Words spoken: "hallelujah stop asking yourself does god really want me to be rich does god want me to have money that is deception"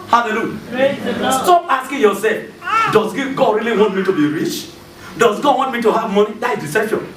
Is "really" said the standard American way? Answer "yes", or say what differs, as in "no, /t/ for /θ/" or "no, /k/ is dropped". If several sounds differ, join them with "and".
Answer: yes